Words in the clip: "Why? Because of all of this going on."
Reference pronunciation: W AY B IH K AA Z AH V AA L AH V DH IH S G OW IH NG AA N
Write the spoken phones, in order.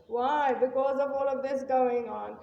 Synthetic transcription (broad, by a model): W AY B IH K AA Z AH V AA L AH V DH IH S G OW IH NG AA N